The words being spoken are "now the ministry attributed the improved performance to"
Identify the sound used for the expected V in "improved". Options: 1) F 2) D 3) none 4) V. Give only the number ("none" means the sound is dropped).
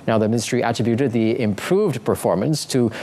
4